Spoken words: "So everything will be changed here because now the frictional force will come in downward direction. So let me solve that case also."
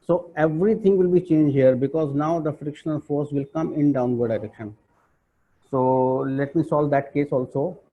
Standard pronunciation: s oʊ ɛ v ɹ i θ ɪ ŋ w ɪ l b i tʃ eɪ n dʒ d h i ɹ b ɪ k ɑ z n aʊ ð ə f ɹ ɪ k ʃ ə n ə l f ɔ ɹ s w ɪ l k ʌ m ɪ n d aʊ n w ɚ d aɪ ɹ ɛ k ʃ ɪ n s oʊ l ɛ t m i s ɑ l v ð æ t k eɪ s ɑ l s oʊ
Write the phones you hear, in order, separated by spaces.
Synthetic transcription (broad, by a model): s oʊ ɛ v ɹ i t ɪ ŋ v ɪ l b i tʃ eɪ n dʒ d h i ɹ b ɪ k ɑ z n aʊ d ə f ɹ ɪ k ʃ ə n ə n f ɔ ɹ s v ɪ l k ʌ m ɪ n d aʊ n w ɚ d aɪ ɹ ɛ k ʃ ɪ n s oʊ l ɛ t m i s ɑ l v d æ t k eɪ s ɑ l s oʊ